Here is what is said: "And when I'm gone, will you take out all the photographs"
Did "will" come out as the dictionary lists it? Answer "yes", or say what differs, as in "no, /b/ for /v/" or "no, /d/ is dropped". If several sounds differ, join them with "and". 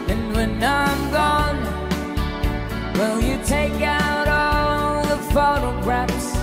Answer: yes